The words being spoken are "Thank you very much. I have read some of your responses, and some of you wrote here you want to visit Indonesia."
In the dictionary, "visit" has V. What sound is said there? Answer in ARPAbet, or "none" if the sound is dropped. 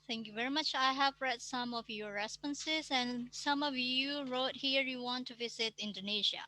V